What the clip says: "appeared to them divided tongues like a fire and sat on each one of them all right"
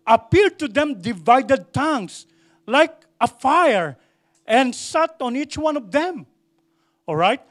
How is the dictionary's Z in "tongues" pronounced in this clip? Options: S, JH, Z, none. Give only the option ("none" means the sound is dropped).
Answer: S